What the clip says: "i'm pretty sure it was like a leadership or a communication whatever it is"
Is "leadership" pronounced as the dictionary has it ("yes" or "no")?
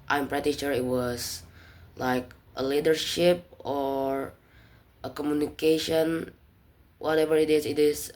yes